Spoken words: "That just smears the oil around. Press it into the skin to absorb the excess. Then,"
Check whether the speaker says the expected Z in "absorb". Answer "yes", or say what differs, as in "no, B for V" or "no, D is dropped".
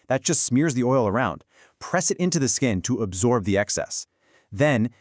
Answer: yes